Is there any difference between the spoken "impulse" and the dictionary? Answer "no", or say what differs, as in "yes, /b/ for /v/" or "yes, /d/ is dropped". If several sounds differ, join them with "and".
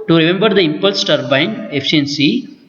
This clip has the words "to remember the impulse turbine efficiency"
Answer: no